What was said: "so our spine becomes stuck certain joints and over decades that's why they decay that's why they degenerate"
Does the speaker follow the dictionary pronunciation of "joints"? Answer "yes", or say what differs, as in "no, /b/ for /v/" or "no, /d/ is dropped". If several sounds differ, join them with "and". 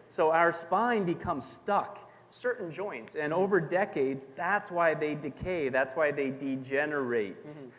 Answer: yes